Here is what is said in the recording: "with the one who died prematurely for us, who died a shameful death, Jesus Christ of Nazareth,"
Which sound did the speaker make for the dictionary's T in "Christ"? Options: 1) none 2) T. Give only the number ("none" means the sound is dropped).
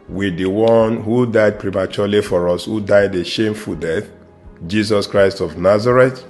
2